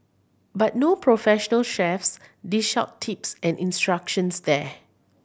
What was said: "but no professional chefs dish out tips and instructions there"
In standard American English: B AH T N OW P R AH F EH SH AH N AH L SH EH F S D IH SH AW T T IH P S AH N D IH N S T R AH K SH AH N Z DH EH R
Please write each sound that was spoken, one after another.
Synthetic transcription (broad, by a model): B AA T N OW P R AH F EH SH AH N AH L SH EH F S D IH SH AW T T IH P S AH N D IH N S T R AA K SH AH N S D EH